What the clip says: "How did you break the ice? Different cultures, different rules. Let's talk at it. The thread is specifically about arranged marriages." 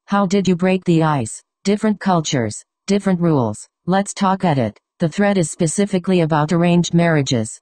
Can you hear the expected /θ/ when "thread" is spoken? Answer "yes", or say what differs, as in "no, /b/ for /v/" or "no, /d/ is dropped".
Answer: yes